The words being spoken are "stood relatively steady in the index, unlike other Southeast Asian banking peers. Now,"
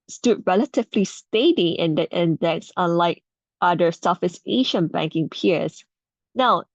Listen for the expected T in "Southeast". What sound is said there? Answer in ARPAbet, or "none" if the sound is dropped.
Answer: none